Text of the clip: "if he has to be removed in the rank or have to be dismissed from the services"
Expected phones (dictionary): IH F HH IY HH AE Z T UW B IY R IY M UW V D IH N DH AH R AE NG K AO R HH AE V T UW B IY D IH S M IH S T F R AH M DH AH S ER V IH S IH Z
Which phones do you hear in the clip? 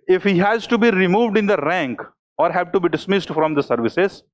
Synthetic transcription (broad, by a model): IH F HH IY HH AE Z T UW B IY R IY M UW V D IH N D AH R AE NG K AO R HH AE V T UW B IY D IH S M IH S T F R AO M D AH S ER V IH S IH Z